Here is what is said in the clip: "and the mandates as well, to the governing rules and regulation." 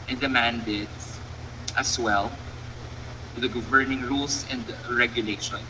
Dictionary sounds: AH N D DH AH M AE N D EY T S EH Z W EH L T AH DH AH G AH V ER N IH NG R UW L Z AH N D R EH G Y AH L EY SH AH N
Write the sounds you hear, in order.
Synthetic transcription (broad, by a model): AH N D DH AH M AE N D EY T S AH S W EH L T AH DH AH G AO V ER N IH NG R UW L S AH N D R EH G Y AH L EY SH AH N